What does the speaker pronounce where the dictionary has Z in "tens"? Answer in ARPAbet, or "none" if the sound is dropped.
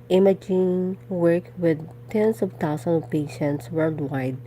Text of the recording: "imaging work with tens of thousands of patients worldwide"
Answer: S